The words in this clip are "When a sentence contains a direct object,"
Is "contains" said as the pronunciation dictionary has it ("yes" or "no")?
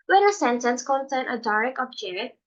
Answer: no